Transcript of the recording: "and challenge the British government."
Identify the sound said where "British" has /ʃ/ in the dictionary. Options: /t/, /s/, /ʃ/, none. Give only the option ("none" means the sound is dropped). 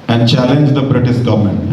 /s/